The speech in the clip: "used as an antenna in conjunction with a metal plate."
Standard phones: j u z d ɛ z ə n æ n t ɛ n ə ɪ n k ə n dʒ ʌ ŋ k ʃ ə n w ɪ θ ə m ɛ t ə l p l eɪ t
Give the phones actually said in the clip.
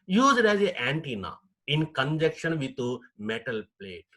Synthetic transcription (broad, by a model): j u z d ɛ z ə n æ n t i n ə ɪ n k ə n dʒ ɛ k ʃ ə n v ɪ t ə m ɛ t ə l p l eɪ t